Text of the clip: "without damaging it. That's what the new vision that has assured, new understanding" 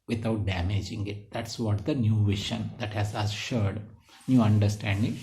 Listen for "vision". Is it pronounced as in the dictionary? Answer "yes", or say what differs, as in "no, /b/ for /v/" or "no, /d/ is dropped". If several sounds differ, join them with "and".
no, /ʃ/ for /ʒ/